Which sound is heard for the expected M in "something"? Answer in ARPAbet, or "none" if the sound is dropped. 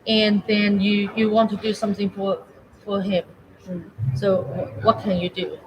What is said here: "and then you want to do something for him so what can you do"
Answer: M